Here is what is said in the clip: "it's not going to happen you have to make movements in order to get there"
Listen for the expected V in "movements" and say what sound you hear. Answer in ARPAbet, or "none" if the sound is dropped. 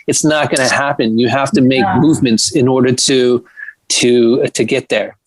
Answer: V